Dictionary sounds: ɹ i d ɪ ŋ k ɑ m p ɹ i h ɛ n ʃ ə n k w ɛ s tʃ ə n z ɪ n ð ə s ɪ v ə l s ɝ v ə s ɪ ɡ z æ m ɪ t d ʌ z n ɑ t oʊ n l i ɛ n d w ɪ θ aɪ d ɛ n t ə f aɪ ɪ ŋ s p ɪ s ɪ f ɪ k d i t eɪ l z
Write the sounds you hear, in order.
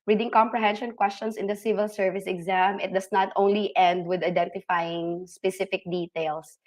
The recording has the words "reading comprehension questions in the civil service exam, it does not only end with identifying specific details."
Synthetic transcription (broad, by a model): ɹ i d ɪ ŋ k ɑ m p ɹ i h ɛ n ʃ ə n k w ɛ s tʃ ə n s ɪ n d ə s ɪ v ə l s ɝ v ə s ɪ ɡ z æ m ɪ t d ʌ s n ɑ t oʊ n l i ɛ n d w ɪ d aɪ d ɛ n t ə f aɪ ɪ ŋ s p ɪ s ɪ f ɪ k d i t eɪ l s